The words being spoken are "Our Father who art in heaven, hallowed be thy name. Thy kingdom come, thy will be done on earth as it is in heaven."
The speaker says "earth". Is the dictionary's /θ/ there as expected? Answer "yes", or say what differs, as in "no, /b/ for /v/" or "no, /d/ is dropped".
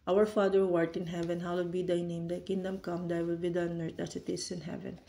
no, /t/ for /θ/